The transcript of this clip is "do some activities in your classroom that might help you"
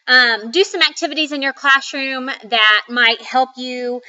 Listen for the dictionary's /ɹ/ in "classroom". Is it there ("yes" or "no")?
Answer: yes